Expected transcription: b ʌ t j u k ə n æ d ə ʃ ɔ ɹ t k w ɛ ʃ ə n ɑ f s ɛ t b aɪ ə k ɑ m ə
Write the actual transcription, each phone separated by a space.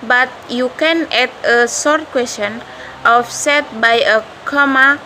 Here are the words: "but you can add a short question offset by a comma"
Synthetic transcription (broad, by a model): b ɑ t j u k ə n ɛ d ə s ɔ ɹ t k w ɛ s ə n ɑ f s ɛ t b aɪ ə k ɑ m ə